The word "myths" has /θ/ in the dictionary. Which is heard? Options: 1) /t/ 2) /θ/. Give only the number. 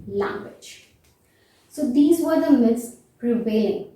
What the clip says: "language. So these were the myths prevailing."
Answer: 1